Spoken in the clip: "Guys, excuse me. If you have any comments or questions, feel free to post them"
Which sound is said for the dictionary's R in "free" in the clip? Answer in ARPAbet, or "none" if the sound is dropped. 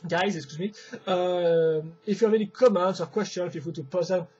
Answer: none